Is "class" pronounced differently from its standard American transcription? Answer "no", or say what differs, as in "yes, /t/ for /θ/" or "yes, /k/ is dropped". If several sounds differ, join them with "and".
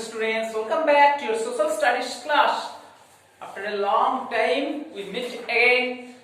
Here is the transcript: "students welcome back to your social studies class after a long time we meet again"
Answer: yes, /ʃ/ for /s/